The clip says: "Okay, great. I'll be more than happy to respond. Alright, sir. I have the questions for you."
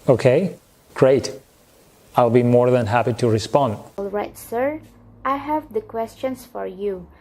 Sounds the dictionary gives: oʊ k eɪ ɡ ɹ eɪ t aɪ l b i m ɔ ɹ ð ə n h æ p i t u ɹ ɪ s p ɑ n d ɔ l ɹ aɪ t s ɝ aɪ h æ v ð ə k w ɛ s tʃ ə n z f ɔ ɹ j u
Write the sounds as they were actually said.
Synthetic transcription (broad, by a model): oʊ k eɪ ɡ ɹ eɪ t aɪ l b i m ɔ ɹ ð ə n h æ p i t u ɹ ɪ s p ɑ n d ɔ l ɹ aɪ t s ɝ aɪ h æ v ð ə k w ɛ s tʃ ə n s f ɔ ɹ j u